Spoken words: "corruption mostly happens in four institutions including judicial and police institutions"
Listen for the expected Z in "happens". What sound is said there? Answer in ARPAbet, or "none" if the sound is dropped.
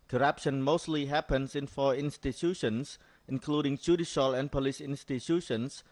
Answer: S